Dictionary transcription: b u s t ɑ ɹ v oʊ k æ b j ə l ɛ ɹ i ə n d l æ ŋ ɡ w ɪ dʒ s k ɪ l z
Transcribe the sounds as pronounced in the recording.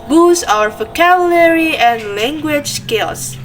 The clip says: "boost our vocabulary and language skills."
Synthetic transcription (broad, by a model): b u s ɑ ɹ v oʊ k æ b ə l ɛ ɹ i ə n d l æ ŋ ɡ w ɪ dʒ s k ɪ l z